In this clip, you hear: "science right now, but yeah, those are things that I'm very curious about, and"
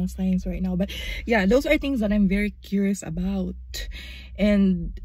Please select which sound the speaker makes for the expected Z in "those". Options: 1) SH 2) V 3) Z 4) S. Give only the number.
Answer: 4